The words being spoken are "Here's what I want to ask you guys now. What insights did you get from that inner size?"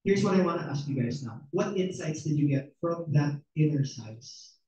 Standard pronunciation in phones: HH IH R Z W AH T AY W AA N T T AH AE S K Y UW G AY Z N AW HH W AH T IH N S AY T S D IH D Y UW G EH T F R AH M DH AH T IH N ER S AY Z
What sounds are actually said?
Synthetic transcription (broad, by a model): HH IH R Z W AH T AY W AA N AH T AE S K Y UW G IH S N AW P W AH T IH N S AY T S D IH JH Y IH G EH T F R AH M DH AH T IH N ER S AY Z